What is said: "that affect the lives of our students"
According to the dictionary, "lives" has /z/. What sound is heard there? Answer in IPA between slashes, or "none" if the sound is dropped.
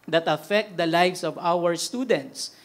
/s/